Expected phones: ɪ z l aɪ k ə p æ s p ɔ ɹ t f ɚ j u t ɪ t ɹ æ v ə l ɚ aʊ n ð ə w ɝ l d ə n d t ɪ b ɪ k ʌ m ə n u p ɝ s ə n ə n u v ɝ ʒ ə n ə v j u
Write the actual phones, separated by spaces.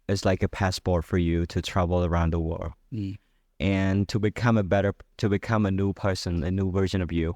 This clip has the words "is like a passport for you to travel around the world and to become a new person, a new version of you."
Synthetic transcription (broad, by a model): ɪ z l aɪ k ə p æ s p ɔ ɹ t f ɚ j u t ɪ t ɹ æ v l ɚ aʊ n ð ə w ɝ l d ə n d t ɪ b ɪ k ʌ m ə n u p ɝ s ə n ə n u v ɝ ʒ ə n ə v j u